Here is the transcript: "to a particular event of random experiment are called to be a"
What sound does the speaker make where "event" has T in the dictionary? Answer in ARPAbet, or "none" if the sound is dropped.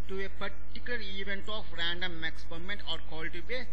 T